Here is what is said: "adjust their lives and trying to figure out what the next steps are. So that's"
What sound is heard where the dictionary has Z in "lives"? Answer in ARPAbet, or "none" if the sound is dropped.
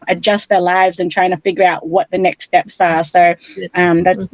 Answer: Z